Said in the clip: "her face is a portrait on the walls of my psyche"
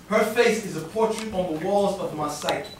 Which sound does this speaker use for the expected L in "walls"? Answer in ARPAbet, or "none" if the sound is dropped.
L